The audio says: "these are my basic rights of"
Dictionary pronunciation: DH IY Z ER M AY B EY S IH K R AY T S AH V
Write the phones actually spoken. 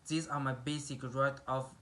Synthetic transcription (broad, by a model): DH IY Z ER M AY B EY S IH K R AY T AH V